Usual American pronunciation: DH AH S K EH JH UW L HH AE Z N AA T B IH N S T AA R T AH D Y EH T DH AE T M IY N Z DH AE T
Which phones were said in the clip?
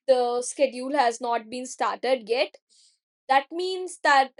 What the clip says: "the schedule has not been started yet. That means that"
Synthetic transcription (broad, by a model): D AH S K EH JH UW L HH AE Z N AA T B IH N S T AA R T AH D Y EH T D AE T M IY N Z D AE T